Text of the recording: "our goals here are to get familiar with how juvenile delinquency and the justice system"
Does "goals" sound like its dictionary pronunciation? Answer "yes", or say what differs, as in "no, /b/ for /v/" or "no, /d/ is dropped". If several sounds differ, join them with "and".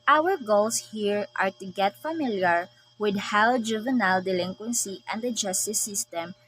no, /s/ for /z/